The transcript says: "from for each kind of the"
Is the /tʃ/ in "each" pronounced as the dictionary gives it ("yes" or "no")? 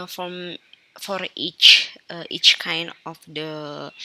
yes